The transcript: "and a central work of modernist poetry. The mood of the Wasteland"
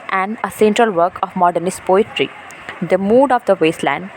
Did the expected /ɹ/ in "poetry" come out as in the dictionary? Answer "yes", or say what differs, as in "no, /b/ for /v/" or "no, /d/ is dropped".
yes